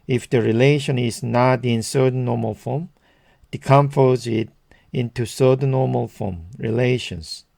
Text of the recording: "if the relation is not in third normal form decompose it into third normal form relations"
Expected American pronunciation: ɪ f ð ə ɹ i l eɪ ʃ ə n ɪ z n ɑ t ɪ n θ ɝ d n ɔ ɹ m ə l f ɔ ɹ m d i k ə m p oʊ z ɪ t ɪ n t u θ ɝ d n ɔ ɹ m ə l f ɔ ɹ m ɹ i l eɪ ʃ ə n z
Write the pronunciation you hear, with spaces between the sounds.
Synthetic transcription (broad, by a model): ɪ f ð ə ɹ i l eɪ ʃ ə n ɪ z n ɑ t ɪ n s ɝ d n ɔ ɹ m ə l f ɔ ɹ m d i k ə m f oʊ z ɪ t ɪ n t u s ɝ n n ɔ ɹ m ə l f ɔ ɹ m ɹ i l eɪ ʃ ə n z